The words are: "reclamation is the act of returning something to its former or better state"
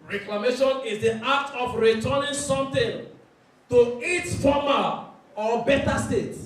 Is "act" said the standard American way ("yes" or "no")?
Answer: no